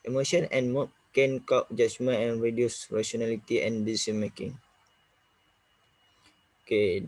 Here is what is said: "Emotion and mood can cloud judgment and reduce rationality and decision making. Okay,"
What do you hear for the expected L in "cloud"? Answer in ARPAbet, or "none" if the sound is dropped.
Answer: none